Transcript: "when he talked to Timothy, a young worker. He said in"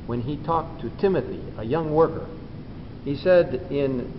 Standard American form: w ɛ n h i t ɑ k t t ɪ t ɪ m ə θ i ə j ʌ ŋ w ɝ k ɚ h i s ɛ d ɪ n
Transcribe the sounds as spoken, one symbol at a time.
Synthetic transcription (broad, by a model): w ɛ n i t ɑ k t t ɪ t ɪ m ə θ i ə j ʌ ŋ w ɝ k ɚ h i s ɛ d ɪ n